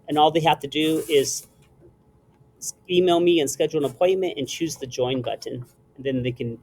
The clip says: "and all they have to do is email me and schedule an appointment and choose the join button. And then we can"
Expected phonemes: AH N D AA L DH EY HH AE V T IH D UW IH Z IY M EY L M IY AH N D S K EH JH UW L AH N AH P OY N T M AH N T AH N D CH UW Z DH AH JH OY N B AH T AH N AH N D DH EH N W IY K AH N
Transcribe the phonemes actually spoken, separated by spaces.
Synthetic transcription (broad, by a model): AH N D AA L DH EY HH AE F T IH D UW IH Z IY M EY L M IY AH N S K EH JH L AH N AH P OY N M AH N T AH N CH UW Z DH AH JH OY N B AH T N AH N DH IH N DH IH K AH N